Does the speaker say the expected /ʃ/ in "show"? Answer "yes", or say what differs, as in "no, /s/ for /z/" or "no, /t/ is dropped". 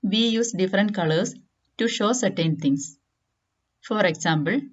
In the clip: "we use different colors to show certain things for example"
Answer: yes